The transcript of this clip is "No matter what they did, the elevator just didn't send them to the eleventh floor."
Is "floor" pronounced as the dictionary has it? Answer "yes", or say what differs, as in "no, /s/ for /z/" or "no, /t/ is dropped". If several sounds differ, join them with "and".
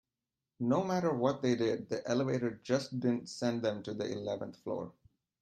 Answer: yes